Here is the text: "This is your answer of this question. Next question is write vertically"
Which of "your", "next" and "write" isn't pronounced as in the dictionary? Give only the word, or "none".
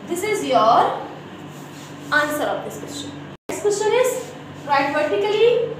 next